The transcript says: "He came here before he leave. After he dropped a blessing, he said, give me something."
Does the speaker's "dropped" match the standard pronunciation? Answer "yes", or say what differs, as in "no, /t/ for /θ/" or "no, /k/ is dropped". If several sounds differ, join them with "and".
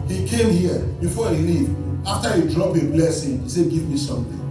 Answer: no, /t/ is dropped